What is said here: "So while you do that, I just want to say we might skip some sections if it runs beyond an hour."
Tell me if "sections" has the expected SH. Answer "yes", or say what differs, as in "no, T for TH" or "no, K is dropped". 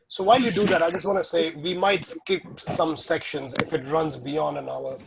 yes